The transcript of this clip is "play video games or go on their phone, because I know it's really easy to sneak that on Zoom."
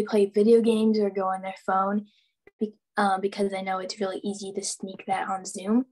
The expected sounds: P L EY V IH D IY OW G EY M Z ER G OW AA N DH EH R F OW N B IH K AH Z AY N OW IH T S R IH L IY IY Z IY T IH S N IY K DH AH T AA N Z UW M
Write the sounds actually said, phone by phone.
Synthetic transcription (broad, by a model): P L EY V IH D IY OW G EY M Z ER G OW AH N DH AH R F OW N B IH K AH Z AY N OW IH T S R IH L IY IY Z IY T IH S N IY K DH AH T N Z UW M